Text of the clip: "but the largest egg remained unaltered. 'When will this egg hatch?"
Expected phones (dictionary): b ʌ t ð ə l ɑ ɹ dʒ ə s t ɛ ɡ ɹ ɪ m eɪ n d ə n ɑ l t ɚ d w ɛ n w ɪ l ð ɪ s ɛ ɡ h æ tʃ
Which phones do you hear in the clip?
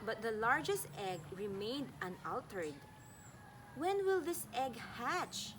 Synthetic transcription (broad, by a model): b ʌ t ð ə l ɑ ɹ dʒ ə s t ɛ ɡ ɹ ɪ m eɪ n d ə n ɑ l t ɚ d w ɛ n w ɪ l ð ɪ s ɛ ɡ h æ tʃ